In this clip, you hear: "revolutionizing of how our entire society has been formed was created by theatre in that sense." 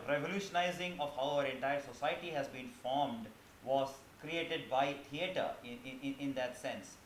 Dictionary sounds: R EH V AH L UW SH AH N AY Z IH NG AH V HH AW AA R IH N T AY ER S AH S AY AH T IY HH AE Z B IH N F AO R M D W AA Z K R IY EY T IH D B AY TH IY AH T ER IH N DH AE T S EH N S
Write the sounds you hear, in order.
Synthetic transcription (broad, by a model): R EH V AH L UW SH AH N AY Z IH NG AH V HH AW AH R IH N T AY ER S AH S AY AH T IY HH AE Z B IH N F AO R M D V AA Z K R IY EY T IH D B AY T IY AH T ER IH N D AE T S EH N S